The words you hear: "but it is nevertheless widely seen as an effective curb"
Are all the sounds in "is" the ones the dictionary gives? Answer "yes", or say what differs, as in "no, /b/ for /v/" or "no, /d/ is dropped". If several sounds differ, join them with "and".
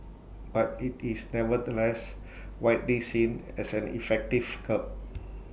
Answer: no, /s/ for /z/